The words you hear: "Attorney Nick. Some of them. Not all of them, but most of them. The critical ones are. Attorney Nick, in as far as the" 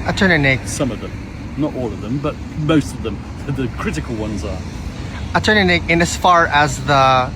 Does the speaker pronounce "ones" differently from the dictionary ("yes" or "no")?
no